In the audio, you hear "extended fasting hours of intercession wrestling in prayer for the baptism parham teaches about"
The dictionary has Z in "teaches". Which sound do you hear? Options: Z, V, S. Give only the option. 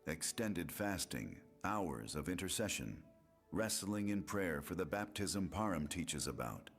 Z